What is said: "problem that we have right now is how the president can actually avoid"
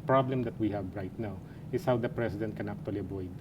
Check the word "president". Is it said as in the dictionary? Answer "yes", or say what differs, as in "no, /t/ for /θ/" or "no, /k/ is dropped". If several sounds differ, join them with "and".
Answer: no, /s/ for /z/